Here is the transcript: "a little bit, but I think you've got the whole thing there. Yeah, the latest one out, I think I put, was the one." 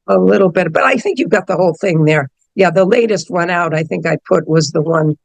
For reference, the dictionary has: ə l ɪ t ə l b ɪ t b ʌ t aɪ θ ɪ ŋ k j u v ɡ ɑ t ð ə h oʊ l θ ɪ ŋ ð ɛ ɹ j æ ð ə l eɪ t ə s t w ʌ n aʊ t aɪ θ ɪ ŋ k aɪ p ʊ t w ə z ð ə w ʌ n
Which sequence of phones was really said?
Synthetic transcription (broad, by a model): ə l ɪ t l b ɪ t b ʌ t aɪ θ ɪ ŋ k j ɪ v ɡ ɑ t ð ə h oʊ l θ ɪ ŋ ð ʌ ɹ j æ ð ə l eɪ t ə s t w ʌ n aʊ t aɪ θ ɪ ŋ k aɪ p ʊ t w ə z ð ə w ʌ n